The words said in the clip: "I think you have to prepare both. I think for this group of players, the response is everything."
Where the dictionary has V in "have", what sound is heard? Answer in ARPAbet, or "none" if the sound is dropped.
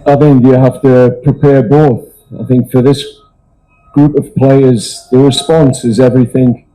F